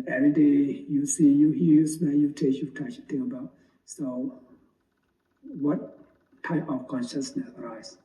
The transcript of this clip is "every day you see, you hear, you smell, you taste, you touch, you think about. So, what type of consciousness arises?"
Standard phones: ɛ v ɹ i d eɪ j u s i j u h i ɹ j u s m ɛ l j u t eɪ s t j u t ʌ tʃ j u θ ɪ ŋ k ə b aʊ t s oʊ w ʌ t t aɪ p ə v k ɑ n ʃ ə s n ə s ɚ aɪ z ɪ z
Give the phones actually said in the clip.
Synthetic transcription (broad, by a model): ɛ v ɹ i d eɪ j u s i j u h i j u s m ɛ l j u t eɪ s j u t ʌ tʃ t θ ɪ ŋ ə b aʊ t s oʊ w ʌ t t aɪ p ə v k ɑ n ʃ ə s n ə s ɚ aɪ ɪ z